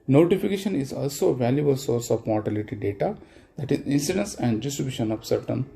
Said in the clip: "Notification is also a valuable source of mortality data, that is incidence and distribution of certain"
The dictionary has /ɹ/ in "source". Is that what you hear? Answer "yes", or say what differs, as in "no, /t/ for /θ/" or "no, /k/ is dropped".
yes